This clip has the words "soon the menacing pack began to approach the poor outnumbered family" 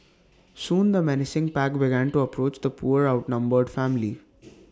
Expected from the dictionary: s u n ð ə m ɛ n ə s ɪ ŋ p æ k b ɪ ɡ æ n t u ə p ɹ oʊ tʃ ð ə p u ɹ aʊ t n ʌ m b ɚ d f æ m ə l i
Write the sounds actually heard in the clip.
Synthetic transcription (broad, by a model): s u n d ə m ɛ n ə s ɪ ŋ p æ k b ɪ ɡ æ n t u ə p ɹ oʊ tʃ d ə p u ɹ aʊ t n ʌ m b ɚ d f æ m ə l i